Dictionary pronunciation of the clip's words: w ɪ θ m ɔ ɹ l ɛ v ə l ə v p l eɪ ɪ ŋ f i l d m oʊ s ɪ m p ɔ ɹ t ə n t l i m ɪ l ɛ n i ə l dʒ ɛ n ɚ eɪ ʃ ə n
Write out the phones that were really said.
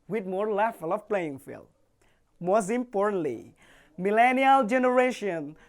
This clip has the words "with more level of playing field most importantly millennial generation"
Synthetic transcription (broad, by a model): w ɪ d m ɔ ɹ l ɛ f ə l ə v p l eɪ ɪ ŋ f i l m oʊ s ɪ m p ɔ ɹ t ə n t l i m ɪ l ɛ n i ə l dʒ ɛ n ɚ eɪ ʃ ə n